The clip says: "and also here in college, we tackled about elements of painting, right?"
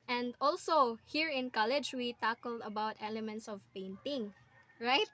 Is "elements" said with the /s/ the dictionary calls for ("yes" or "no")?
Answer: yes